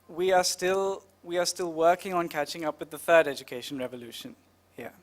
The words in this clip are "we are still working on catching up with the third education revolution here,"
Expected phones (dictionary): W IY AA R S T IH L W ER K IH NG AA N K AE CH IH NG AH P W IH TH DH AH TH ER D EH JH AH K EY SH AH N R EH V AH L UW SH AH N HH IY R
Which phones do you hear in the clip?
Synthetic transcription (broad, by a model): W IY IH L S T IH L W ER K IH NG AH N K AE CH IH NG AH P W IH DH AH TH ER D EH JH AH K EY SH AH N R EH V AH L UW SH AH N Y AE